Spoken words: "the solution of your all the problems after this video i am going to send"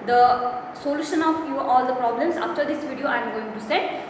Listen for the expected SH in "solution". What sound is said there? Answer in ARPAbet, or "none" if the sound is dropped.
SH